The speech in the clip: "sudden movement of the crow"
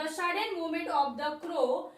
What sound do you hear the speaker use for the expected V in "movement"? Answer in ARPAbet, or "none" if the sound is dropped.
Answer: none